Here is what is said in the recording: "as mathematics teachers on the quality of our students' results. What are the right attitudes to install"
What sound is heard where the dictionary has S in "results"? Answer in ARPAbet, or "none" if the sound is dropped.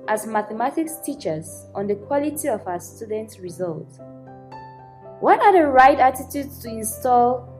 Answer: none